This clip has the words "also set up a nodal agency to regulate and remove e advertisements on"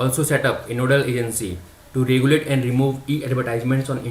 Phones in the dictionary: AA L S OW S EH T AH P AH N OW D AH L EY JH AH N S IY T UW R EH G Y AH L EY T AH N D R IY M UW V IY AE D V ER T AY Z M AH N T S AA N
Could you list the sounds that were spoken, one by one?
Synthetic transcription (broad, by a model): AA L S OW S EH T AH P AH N OW D AH L EY JH AH N S IY T UW R EH G Y AH L EY T AH N D R IY M UW V IY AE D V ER T AY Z M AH N T S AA N